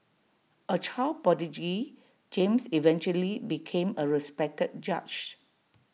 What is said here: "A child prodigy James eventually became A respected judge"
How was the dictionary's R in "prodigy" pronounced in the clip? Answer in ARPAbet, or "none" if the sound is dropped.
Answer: none